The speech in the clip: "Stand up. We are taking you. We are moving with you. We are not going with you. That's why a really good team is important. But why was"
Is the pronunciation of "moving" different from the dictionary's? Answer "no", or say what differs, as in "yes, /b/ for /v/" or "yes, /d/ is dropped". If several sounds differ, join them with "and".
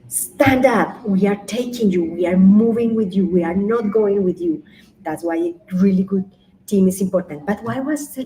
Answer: no